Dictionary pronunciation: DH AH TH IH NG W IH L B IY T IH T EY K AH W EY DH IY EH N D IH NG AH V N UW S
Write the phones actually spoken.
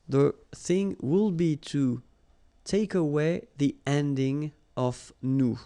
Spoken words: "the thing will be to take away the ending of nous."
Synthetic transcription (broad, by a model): DH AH TH IH NG W IH L B IY T IH T EY K AH W EY DH IY EH N D IH NG AH V N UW